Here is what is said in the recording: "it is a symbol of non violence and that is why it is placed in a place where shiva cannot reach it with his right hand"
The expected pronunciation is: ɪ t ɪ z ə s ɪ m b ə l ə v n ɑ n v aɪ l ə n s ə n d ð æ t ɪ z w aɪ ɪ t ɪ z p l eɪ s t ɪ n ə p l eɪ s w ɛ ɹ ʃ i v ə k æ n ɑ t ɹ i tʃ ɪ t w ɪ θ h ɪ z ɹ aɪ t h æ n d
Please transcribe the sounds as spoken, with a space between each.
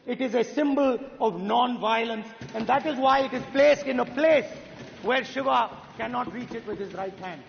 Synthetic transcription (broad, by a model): ɪ t ɪ z ə s ɪ m b ə l ə v n ɑ n v aɪ l ə n s ə n d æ t ɪ z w aɪ ɪ t ɪ z p l eɪ s t ɪ n ə p l eɪ s w ɛ ɹ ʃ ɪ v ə k æ n ɑ t ɹ i tʃ ɪ t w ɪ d h ɪ z ɹ aɪ t h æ n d